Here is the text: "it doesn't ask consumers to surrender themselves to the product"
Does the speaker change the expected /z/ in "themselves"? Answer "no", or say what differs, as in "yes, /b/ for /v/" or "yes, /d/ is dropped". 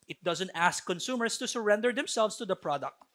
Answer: yes, /s/ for /z/